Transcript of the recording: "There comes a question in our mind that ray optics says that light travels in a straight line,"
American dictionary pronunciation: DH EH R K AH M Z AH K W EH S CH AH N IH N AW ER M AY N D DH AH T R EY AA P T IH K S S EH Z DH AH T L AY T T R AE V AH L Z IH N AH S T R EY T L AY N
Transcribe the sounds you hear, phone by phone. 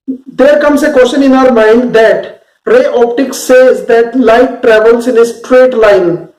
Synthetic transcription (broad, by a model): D EH R K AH M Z AH K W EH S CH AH N IH N AW ER M AY N D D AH T R EY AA P T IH K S S EH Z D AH T L AY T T R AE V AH L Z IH N AH S T R EY T L AY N